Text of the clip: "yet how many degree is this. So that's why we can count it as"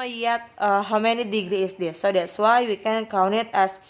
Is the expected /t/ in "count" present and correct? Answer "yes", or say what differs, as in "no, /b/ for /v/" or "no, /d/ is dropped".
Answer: no, /t/ is dropped